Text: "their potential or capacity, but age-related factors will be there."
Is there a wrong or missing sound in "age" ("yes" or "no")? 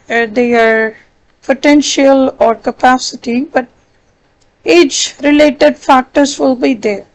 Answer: yes